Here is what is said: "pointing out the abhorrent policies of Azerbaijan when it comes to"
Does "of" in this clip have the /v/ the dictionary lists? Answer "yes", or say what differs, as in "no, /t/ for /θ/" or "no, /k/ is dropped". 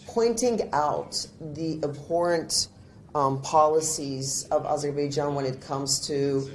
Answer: yes